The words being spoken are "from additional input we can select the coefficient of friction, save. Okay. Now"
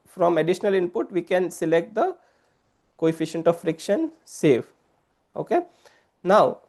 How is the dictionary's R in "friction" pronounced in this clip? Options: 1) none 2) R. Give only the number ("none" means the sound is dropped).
2